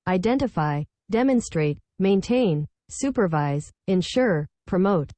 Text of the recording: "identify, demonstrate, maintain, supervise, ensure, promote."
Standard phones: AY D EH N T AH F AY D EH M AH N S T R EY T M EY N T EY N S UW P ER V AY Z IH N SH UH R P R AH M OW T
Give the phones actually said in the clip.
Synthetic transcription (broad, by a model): AY D EH N T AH F AY D EH M AH N S T R EY T M EY N T EY N S UW P ER V AY Z IH N SH UH R P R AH M OW T